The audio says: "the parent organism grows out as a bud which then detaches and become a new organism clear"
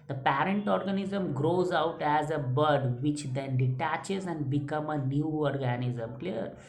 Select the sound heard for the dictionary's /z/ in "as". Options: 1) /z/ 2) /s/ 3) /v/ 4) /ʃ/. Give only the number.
1